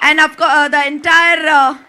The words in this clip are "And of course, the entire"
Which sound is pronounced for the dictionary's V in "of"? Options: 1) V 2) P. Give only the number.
2